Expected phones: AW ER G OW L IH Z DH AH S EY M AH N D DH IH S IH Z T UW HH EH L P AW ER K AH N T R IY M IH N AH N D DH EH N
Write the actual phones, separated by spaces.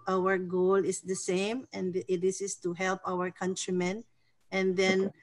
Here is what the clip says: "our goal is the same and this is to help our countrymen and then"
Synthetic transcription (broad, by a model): AW ER G OW L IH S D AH S EY M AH N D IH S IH S T UW HH EH L P AW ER K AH N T R IY M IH N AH N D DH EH N